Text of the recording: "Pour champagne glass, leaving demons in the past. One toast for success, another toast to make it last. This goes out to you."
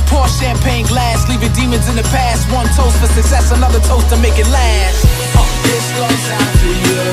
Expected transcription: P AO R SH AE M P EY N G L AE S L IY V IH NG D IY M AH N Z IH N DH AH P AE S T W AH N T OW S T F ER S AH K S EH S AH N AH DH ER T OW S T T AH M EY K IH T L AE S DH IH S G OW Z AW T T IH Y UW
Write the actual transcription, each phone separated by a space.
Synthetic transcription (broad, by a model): P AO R SH AE M P EY N G L AE S L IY V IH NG D IY M AH N Z IH N DH AH P AE S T W AH N T OW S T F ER S AH K S EH S AH N AH DH ER T OW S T T AH M EY K IH T L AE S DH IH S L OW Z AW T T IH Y